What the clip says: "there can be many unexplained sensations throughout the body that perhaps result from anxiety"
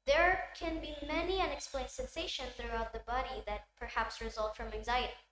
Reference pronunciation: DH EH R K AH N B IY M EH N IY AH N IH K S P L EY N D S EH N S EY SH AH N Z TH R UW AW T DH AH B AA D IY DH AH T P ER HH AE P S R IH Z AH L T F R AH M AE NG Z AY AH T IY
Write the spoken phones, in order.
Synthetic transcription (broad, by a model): DH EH R K AH N B IY M EH N IY AH N IH K S P L EY N D S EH N S EY SH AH N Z TH R UW AW T DH AH B AA D IY DH AH T P ER HH AE P S R IH Z AH L T F R AH M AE NG Z AY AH T IY